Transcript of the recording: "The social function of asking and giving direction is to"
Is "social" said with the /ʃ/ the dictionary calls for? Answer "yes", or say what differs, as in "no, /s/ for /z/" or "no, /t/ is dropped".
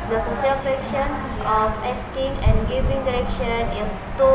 no, /s/ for /ʃ/